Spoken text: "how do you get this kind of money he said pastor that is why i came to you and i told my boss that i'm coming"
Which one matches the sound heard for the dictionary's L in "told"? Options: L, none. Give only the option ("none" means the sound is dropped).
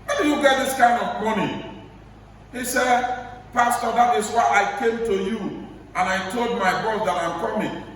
L